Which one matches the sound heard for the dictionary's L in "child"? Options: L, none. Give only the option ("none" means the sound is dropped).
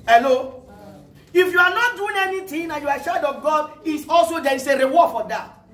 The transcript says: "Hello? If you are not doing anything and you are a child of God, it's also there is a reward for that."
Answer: none